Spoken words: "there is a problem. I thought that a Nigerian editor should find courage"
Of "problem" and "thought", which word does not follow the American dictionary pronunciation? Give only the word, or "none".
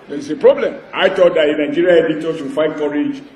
thought